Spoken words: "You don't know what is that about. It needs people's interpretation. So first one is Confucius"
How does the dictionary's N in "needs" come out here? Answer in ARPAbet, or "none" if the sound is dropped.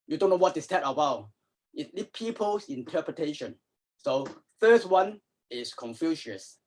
L